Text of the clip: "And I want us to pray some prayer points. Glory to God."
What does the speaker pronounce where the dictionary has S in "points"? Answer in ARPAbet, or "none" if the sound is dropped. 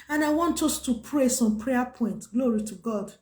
none